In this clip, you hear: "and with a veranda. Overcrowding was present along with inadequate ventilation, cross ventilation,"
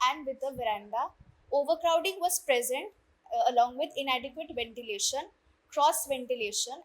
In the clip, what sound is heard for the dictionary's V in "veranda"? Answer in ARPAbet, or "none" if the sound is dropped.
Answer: V